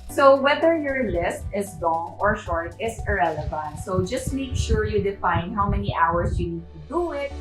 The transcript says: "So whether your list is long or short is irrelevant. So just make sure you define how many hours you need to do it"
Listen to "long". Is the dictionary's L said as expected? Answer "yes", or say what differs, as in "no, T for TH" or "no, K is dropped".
yes